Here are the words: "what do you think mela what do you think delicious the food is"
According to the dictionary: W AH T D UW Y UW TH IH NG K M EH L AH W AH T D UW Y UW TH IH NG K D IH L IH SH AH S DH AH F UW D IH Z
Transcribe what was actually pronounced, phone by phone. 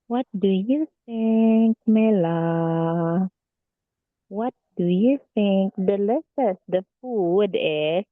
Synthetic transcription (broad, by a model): W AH T D UW Y UW TH IH NG K M EH L AH W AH T D UW Y UW TH IH NG K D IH L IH S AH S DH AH F UW D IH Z